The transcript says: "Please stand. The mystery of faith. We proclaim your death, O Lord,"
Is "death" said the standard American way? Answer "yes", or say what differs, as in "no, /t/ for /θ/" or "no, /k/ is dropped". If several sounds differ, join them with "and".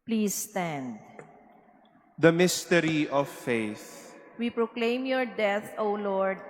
no, /t/ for /θ/